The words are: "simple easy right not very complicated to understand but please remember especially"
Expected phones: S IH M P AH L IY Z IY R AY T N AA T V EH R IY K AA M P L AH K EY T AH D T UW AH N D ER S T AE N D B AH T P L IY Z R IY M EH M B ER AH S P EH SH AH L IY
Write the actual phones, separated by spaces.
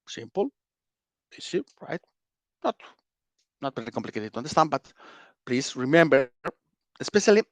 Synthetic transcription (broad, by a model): S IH M P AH L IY S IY R AY T N AA T V EH R IY K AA M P L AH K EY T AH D T UW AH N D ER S T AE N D B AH T P L IY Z R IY M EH M B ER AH S P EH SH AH L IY